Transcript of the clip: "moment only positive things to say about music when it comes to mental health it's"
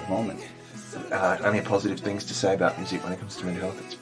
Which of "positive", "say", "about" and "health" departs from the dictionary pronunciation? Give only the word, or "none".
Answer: none